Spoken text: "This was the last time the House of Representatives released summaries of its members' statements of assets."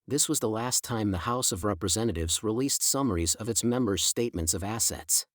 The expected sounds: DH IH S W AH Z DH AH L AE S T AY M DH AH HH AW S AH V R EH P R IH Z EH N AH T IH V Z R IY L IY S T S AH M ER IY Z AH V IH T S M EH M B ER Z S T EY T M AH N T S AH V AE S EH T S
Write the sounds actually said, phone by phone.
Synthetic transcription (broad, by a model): DH IH S W AH Z DH AH L AE S T AY M DH AH HH AW S AH V R EH P R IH Z EH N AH T IH V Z R IY L IY S T S AH M ER IY Z AH V IH T S M EH M B ER Z S T EY T M AH N T S AH V AE S EH T S